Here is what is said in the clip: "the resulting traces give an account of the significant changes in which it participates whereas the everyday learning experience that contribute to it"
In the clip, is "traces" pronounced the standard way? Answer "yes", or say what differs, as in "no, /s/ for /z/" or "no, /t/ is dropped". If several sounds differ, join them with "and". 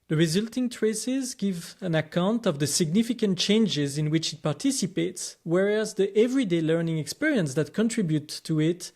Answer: yes